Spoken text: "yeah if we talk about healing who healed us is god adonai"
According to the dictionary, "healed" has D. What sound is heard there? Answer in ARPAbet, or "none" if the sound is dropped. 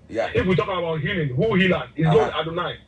none